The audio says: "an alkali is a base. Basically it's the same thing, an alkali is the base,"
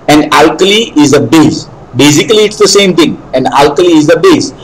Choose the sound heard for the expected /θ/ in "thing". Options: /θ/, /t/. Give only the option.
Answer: /t/